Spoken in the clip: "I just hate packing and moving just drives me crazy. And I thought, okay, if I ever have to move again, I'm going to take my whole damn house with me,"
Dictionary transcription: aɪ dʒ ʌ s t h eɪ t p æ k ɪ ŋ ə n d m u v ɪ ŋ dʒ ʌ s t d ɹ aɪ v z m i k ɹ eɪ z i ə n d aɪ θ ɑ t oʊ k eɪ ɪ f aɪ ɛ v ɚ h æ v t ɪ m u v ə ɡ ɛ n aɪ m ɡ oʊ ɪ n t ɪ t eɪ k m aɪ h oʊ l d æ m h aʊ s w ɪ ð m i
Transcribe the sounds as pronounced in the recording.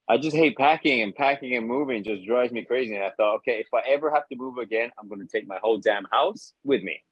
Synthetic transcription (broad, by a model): aɪ dʒ ʌ s t h eɪ t p æ k ɪ ŋ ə n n m u v ɪ ŋ dʒ ʌ s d ɹ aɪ z m i k ɹ eɪ z i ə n aɪ θ ɑ t oʊ k eɪ ɪ f aɪ ɛ v ɚ h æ f t ɪ m u v ə ɡ ɛ n aɪ m ɡ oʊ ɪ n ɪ t eɪ k m aɪ h oʊ l d æ m h aʊ s w ɪ ð m i